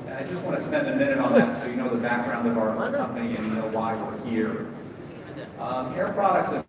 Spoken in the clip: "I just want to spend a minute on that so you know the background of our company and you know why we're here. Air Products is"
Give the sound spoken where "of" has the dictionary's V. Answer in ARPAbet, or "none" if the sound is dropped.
V